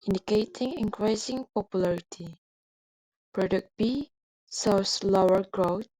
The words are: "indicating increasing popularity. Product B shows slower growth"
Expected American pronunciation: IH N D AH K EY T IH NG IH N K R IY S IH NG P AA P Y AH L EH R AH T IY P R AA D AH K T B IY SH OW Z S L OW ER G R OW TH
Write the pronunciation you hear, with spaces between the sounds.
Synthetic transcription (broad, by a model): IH N D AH K EY T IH NG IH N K R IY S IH NG P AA P Y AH L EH R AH T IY P R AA D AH K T B IY S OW S L OW ER G R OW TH